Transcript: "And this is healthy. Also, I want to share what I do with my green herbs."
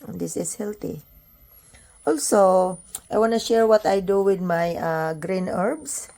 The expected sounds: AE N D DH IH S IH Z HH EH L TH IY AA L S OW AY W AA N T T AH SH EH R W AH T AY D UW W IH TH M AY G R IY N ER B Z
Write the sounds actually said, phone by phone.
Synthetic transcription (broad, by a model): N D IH S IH S HH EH L T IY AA L S OW AY W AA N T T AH SH EH R W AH T AY D UW W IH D M AY G R IY N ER B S